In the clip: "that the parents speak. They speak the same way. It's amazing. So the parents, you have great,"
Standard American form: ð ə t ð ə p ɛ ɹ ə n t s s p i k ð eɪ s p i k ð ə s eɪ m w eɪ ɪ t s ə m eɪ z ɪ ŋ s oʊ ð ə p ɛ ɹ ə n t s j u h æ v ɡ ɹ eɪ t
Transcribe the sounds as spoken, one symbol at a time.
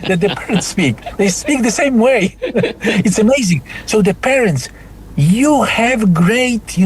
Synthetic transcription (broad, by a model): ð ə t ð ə p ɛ ɹ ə n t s s p i k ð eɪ s p i k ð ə s eɪ m w eɪ ɪ t s ə m eɪ z ɪ ŋ s oʊ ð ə p ɛ ɹ ə n t s j u h æ v ɡ ɹ eɪ t